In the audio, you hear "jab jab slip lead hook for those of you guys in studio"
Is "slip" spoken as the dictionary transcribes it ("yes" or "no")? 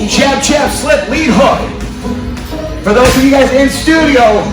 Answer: yes